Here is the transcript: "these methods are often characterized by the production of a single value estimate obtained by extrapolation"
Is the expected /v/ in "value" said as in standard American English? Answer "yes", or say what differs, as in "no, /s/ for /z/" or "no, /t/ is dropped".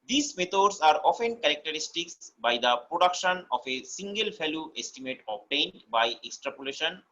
no, /f/ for /v/